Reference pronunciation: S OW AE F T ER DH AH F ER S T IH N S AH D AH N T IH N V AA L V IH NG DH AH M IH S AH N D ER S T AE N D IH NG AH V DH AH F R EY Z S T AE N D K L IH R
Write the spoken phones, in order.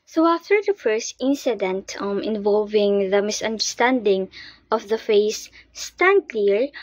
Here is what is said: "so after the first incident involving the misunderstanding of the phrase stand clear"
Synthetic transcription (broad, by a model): S OW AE F T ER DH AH F ER S T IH N S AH D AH N T IH N V AA L V IH NG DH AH M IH S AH N D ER S T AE N D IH NG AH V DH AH F EY S T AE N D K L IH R